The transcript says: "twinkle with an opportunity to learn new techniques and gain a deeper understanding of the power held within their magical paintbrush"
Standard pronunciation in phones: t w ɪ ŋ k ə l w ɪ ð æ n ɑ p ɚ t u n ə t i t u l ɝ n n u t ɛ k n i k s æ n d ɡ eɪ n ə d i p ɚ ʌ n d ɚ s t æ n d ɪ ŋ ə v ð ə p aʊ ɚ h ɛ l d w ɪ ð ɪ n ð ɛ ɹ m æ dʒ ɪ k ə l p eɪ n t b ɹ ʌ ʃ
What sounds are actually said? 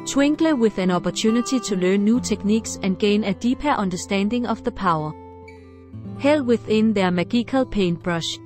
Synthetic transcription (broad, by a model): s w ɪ ŋ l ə w ɪ ð æ n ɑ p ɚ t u n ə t i s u l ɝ n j u s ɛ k n i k s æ n ɡ eɪ n ə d i p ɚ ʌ n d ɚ s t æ n d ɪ ŋ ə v ð ə p aʊ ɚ h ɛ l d w ɪ ð ɪ n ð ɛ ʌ m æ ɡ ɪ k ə l p eɪ n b ɹ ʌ ʃ